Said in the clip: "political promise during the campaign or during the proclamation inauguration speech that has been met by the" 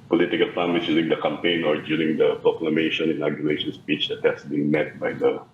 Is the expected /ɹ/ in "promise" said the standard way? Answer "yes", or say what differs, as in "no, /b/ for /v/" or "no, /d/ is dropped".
no, /ɹ/ is dropped